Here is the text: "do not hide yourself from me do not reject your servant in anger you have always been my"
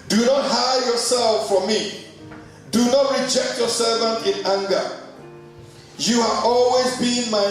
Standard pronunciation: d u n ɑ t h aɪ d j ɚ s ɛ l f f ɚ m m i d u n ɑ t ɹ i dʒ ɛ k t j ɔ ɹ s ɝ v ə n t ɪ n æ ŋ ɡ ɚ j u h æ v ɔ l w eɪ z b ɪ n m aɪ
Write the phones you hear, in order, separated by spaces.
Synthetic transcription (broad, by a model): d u n ɑ t h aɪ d j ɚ s ɛ l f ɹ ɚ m m i d u n ɑ t ɹ i dʒ ɛ k t j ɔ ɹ s ɝ v ə n t ɪ n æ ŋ ɡ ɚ j u h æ v ɔ l w eɪ z b ɪ n m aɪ